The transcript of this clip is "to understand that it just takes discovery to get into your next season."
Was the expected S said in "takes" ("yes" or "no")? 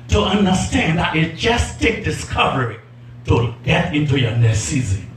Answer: no